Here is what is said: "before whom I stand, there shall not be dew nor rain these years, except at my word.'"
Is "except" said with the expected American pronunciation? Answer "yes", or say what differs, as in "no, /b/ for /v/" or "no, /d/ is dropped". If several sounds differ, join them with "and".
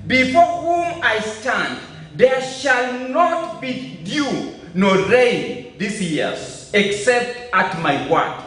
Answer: yes